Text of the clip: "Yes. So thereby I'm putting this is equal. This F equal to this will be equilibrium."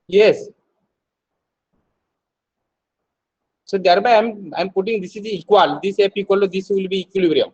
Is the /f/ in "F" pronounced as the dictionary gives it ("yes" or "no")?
no